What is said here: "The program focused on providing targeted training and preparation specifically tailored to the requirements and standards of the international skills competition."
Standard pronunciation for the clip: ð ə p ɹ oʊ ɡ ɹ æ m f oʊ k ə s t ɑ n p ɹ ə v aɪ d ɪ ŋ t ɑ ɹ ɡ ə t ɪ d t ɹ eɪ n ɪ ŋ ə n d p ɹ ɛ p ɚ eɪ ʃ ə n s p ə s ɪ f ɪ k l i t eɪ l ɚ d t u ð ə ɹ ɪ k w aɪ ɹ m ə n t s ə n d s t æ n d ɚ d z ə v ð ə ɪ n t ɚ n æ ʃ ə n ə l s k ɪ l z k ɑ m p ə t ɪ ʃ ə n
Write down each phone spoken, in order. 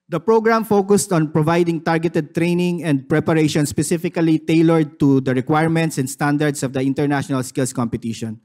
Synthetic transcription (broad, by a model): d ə p ɹ oʊ ɡ ɹ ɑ m f oʊ k ə s t ɑ n p ɹ ə v aɪ d ɪ ŋ t ɑ ɹ ɡ ə t ɪ d t ɹ eɪ n ɪ ŋ ə n d p ɹ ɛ p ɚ eɪ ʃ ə n s p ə s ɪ f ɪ k l i t eɪ l ɚ d t u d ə ɹ ɪ k w aɪ ɹ m ə n t s ə n d s t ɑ n d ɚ d s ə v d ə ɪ n t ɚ n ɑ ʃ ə n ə l s k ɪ l s k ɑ m p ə t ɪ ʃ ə n